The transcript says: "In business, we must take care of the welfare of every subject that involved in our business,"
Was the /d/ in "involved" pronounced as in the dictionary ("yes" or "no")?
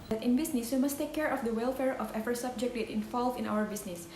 no